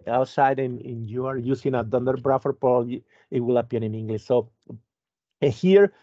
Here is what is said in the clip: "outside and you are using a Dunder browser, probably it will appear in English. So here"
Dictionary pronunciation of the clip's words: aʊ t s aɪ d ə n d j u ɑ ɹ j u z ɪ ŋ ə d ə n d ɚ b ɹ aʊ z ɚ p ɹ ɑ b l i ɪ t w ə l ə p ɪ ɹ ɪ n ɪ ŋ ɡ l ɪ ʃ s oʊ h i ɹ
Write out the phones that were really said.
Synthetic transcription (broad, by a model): aʊ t s aɪ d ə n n j u ɑ ɹ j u s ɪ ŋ ə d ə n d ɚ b ɹ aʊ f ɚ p ɑ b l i ɪ t w ə l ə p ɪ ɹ ɪ n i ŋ ɡ l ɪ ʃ s oʊ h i ɹ